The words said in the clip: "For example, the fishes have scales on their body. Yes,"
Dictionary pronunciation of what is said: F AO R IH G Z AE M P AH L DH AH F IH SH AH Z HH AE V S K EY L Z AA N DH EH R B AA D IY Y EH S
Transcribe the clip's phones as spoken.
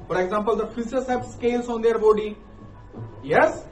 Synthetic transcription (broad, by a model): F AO R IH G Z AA M P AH L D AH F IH S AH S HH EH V S K EY L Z AA N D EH R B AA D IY Y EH S